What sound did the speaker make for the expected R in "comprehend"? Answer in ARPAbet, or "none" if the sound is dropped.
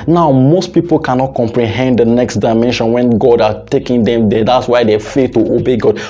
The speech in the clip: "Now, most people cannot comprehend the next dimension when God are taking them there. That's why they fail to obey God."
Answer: R